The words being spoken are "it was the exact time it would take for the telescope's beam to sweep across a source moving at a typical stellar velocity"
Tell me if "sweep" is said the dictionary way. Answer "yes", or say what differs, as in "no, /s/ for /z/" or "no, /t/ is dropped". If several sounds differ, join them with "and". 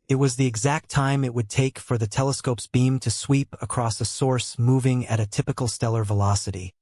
yes